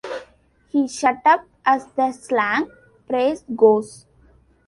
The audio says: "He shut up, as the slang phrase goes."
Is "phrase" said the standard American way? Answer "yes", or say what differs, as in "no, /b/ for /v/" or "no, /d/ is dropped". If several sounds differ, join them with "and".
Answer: no, /p/ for /f/